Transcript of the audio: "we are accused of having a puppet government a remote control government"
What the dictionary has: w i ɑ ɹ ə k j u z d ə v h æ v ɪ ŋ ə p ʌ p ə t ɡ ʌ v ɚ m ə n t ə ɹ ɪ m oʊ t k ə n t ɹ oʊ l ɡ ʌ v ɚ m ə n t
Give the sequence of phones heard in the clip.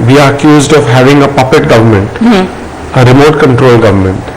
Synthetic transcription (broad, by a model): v i ɑ ɹ ə k j u z d ə v h æ v ɪ ŋ ə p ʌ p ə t ɡ ʌ v ɚ m ə n t ə ɹ ɪ m oʊ t k ə n t ɹ oʊ l ɡ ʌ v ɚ m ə n t